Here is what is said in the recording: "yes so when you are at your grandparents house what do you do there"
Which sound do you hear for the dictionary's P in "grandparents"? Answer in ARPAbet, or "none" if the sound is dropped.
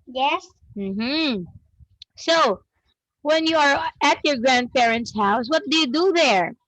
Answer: P